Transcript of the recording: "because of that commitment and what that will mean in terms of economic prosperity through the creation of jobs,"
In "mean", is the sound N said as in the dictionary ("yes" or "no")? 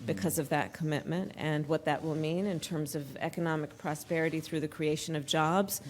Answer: yes